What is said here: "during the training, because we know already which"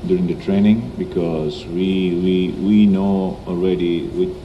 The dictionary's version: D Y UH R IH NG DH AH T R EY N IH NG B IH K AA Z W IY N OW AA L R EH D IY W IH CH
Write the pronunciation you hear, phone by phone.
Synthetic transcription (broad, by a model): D Y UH R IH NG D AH T R EY N IH NG B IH K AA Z W IY N OW AA L R EH D IY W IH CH